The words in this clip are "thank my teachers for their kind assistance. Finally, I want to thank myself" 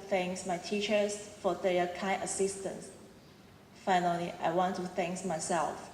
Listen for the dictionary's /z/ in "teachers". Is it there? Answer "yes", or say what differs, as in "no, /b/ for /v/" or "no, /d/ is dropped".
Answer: no, /s/ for /z/